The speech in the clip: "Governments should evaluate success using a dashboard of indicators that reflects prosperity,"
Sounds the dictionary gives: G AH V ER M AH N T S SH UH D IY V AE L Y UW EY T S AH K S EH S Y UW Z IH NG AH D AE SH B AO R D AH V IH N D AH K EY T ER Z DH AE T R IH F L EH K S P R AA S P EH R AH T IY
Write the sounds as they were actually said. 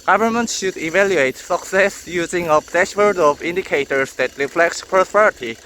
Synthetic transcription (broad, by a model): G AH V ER M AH N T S SH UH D IY V AE L Y UW EY T S AH K S EH S Y UW Z IH NG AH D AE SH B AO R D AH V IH N D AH K EY T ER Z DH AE T R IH F L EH K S P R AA S P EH R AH T IY